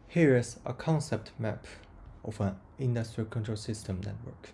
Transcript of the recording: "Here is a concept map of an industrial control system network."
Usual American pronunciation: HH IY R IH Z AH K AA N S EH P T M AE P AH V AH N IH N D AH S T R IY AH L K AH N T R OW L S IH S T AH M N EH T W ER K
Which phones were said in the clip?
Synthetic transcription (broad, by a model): HH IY R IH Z AH K AA N S EH P T M AE P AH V AH N IH N D AH S T R IY AH L K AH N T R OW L S IH S T AH M N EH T W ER K